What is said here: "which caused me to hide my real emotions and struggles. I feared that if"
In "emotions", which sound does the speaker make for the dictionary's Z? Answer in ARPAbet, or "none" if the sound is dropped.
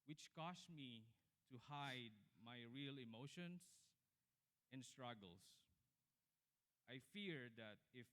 S